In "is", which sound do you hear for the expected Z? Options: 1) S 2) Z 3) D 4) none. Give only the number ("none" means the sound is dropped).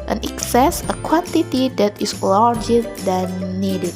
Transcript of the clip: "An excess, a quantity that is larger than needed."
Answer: 1